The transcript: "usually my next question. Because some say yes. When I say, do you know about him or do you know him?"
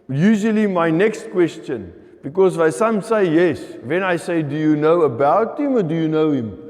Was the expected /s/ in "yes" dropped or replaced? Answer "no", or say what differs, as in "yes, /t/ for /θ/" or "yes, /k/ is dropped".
no